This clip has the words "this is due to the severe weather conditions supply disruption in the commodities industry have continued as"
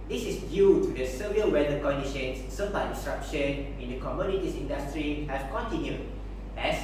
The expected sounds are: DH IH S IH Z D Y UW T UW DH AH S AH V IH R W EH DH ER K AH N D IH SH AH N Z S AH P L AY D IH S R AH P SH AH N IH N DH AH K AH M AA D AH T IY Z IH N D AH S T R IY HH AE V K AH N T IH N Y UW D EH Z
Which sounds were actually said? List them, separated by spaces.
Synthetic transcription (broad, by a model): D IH S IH S D Y UW T UW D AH S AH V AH L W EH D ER K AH N D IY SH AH N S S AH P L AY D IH S R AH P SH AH N IH N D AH K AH M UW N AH T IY S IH N D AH S T R IY HH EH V K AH N T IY N Y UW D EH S